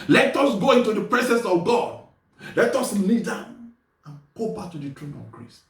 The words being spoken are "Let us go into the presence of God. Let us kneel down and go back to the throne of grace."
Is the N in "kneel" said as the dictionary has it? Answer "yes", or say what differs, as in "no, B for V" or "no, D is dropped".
no, L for N